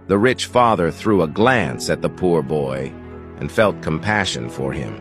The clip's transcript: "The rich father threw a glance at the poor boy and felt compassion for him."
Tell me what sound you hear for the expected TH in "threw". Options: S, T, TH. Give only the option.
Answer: TH